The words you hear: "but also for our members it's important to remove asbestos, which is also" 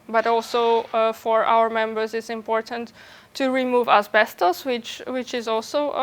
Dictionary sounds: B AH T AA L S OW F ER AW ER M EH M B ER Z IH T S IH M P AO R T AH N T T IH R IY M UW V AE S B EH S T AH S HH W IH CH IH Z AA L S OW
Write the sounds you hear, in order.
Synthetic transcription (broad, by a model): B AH T AA L S OW F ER AW ER M EH M B ER Z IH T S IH M P AO R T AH N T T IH R IY M UW V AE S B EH S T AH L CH W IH CH IH Z AA L S OW